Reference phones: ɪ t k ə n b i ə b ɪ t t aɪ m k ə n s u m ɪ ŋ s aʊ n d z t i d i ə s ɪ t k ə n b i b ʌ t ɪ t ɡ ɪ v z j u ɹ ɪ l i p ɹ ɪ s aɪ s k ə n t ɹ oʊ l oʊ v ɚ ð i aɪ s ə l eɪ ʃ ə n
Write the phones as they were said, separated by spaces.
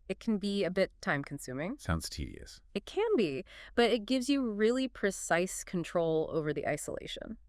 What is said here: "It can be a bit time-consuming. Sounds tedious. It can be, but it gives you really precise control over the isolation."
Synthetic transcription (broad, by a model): ɪ t k n b i ə b ɪ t t aɪ m k n s u m ɪ ŋ s aʊ n d z t i d i ə s ɪ t k ə n b i b ʌ t ɪ t ɡ ɪ v z j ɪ ɹ ɪ l i p ɹ ɪ s aɪ s k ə n t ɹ oʊ l oʊ v ɚ ð i aɪ s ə l eɪ ʃ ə n